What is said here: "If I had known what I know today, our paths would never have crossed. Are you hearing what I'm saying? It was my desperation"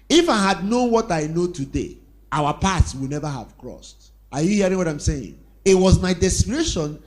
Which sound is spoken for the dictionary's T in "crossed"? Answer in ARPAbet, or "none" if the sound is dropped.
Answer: T